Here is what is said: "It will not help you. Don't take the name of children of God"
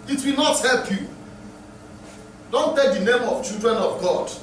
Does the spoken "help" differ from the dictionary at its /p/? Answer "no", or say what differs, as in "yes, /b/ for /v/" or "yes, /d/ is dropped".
no